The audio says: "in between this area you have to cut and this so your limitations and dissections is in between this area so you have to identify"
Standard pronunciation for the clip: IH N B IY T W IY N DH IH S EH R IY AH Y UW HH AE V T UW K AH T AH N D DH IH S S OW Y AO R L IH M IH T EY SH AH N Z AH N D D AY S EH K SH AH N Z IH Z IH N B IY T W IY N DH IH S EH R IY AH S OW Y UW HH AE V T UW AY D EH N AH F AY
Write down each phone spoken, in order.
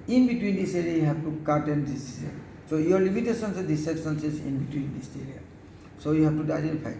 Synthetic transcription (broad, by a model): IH N B IY T W IY N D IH S EH R IY AH Y UW HH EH B T UW K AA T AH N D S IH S S OW Y AO R L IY M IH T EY S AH N S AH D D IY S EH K S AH N S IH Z IH N B IY T W IY N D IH S EH R IY AH S OW Y UW HH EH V T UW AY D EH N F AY